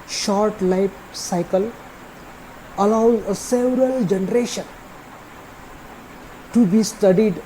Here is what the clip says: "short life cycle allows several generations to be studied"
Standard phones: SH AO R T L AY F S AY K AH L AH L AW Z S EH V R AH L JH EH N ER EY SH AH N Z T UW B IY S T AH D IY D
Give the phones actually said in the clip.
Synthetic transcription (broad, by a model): SH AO R T L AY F S AY K AH L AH L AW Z S EH V R AH L JH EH N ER EY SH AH N T UW B IY S T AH D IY D